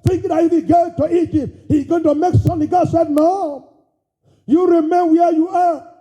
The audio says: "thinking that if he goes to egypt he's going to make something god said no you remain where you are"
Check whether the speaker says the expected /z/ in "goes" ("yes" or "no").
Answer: no